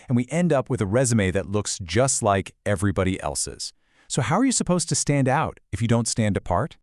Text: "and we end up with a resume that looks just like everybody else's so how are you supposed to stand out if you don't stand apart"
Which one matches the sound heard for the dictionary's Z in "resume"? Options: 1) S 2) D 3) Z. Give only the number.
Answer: 3